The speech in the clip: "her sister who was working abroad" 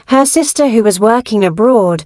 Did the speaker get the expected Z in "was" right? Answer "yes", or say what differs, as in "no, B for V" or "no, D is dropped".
yes